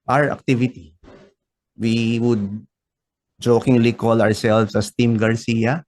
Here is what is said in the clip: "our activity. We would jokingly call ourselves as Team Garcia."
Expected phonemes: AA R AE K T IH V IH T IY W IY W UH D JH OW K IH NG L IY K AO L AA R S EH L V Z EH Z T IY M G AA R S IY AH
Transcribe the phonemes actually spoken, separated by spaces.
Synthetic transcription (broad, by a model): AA R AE K T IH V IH T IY W IY W UH D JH OW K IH NG L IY K AO L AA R S EH L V S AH S T IY M G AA R S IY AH